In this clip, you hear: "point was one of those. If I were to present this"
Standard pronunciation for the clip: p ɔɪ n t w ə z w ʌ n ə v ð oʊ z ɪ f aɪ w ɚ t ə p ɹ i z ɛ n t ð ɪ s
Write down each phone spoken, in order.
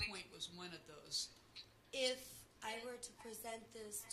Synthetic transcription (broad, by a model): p ɔɪ n t w ə z w ʌ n ə v ð oʊ z ɪ f aɪ w ɚ t ə p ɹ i z ɛ n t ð ɪ s